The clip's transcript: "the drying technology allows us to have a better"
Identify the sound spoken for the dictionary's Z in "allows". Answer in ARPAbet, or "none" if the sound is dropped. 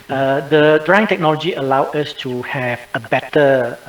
none